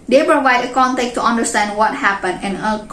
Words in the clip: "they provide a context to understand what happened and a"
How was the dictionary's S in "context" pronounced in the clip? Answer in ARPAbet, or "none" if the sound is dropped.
none